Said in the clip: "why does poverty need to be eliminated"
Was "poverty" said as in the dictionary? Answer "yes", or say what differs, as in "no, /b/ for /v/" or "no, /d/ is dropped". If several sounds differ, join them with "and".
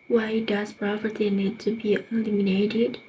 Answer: no, /p/ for /v/